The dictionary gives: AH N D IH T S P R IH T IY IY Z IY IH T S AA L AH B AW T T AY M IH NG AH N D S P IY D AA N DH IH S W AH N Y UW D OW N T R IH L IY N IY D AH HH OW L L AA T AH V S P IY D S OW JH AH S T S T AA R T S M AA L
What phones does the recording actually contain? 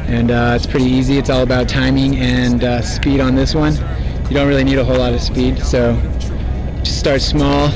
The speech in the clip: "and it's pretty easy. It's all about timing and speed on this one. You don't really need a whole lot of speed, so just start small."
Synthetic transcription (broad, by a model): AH N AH IH T S P R IH T IY IY Z IY IH T S AA L AH B AW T T AY M IH NG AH N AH S P IY D N DH IH S W AH N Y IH D OW N T R IH L IY N IY D AH HH OW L L AA T AH V S P IY D S OW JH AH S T S T AA R T S M AA L